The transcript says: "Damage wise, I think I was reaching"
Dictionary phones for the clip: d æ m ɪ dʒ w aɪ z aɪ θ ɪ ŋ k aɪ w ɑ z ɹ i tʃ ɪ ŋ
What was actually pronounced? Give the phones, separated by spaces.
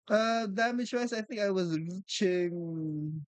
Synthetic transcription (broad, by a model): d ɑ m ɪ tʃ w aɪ s aɪ θ ɪ ŋ k aɪ w ɑ z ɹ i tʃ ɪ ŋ